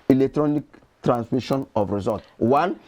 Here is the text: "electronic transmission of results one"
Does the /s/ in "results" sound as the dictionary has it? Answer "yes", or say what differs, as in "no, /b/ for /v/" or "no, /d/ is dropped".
no, /s/ is dropped